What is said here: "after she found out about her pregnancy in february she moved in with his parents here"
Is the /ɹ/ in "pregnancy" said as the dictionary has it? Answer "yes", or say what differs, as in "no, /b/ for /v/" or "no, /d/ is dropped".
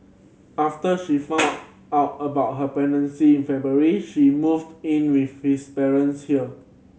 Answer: no, /ɹ/ is dropped